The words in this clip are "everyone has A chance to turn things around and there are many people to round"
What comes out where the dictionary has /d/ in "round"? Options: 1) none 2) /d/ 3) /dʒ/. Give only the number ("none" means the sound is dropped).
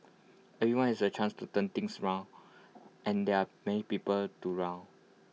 1